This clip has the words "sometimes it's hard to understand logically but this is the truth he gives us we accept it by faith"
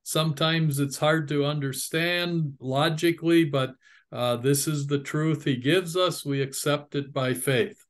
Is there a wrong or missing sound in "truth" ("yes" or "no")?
no